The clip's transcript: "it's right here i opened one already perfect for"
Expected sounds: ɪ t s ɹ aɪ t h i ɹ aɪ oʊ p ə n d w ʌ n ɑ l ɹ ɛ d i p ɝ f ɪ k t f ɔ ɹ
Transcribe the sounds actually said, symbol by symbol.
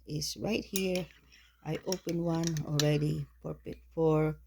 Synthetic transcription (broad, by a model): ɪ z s ɹ aɪ t h i ɹ aɪ oʊ p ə n w ʌ n ɑ l ɹ ɛ d i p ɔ p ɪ t f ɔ ɹ